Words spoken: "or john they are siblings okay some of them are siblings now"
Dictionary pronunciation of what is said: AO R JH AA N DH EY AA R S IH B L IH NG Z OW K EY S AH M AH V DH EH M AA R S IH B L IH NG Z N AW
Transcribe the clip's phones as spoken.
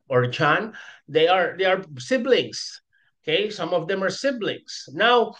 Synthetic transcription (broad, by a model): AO R CH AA N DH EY AA R S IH B L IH NG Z OW K EY S AH M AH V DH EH M AA R S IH B L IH NG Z N AW